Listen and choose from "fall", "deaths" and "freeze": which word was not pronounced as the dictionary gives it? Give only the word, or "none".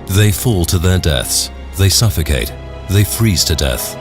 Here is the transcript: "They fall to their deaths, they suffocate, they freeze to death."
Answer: none